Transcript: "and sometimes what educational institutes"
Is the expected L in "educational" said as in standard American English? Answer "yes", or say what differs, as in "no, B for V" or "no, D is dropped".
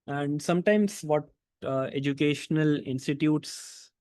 yes